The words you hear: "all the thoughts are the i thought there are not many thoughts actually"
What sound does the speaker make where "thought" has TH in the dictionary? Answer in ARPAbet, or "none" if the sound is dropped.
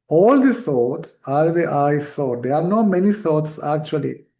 S